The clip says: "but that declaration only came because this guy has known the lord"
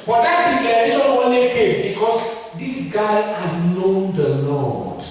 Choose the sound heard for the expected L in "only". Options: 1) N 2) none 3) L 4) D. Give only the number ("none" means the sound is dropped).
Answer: 2